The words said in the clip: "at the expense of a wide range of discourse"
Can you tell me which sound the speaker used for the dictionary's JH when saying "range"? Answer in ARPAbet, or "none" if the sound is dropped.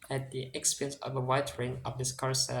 none